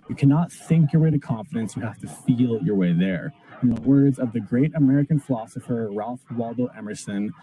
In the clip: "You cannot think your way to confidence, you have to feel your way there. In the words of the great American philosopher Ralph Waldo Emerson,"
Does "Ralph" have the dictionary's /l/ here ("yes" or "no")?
yes